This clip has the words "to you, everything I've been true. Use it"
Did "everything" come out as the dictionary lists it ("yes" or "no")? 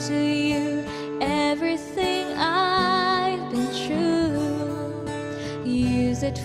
yes